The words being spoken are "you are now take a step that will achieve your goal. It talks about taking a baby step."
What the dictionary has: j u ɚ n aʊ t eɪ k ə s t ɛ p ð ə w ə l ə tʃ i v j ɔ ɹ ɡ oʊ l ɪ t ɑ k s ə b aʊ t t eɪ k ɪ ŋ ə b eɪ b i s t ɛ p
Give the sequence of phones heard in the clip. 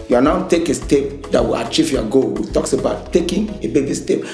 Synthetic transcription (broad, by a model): j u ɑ n aʊ t eɪ k ə s t ɛ p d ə w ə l ə tʃ i v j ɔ ɡ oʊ w ɪ t ɑ k s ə b aʊ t t eɪ k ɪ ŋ ə b eɪ b i s t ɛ p